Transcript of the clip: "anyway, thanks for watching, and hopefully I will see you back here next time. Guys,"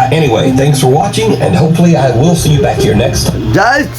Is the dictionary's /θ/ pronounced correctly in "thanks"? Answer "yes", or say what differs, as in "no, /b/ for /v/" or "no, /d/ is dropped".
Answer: yes